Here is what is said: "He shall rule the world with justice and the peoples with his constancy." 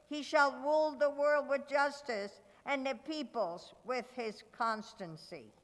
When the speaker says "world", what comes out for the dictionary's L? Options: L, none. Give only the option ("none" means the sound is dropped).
L